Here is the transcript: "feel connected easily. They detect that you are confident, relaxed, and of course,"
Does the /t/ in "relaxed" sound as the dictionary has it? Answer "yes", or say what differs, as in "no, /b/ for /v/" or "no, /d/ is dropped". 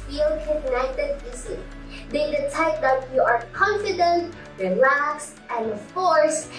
no, /t/ is dropped